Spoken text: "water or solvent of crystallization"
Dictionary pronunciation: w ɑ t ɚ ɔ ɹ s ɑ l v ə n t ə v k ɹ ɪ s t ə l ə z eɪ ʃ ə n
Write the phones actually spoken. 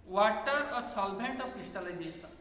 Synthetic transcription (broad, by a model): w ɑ t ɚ ɔ ɹ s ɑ l b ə n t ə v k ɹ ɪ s t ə l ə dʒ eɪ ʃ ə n